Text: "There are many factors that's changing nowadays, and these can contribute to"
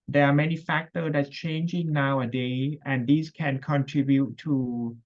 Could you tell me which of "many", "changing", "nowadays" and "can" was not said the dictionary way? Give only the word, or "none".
nowadays